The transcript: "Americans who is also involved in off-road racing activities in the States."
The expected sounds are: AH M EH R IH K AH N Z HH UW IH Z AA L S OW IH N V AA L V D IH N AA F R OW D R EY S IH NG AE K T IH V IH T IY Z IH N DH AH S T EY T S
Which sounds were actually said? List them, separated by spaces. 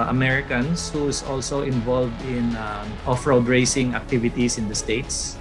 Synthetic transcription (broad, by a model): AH M EH R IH K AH N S HH UW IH S AA L S OW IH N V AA L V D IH N AA F R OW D R EY S IH NG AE K T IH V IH T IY S IH N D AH S T EY T S